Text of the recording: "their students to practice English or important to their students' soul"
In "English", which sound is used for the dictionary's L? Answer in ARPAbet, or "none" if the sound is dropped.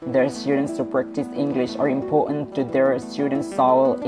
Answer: L